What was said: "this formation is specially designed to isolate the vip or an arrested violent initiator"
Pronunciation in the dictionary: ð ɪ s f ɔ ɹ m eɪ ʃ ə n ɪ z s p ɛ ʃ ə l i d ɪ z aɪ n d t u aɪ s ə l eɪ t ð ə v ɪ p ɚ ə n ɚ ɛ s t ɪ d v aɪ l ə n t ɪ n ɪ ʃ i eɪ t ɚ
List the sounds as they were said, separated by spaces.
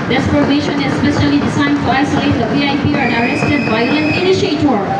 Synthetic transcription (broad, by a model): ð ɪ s p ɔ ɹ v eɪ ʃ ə n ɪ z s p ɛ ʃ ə l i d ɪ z aɪ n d t u aɪ s ə l eɪ t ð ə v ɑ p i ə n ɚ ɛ s t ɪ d b aɪ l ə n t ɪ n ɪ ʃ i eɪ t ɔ